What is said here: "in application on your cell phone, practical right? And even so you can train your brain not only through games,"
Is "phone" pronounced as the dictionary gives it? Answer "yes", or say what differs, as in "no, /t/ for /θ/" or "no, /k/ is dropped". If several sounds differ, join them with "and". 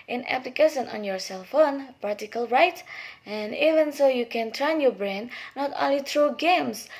yes